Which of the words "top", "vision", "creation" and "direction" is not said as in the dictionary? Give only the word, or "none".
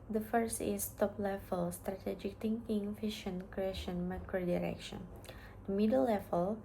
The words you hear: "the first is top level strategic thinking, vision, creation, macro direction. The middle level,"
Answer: vision